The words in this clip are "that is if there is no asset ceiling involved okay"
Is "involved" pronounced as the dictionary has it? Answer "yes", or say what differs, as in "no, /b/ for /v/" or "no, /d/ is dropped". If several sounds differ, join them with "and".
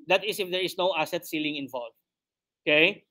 no, /d/ is dropped